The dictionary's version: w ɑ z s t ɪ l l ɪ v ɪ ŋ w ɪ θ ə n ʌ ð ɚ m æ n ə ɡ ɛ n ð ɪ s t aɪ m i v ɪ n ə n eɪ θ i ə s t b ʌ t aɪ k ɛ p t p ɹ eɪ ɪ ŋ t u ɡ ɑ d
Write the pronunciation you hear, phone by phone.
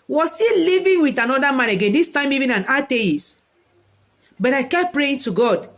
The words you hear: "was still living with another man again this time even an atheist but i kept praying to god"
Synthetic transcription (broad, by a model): w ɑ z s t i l l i v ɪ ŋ w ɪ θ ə n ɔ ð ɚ m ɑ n ə ɡ ɛ n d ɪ s t aɪ m i v ɪ n ə n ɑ t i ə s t b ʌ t aɪ k ɛ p p ɹ eɪ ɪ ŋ t u ɡ ɑ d